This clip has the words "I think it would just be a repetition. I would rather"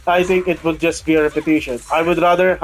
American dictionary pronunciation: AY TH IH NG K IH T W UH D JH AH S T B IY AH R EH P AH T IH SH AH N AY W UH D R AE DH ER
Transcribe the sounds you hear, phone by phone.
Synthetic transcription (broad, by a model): AY T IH NG K IH T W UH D JH AH S T B IY AH R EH P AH T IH SH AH N AY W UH D R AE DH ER